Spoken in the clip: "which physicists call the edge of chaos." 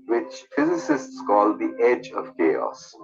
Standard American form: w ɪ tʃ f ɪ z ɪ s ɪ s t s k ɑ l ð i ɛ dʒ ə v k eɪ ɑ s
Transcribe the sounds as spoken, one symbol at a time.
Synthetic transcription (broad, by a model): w ɪ tʃ f ɪ z ɪ s ɪ s t s k ɑ l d i ɛ dʒ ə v k eɪ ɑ s